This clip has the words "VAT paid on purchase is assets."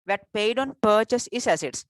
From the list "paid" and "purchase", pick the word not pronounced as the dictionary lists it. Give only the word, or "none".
none